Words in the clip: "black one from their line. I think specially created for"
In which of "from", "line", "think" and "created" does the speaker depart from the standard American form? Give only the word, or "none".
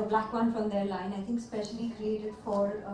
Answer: none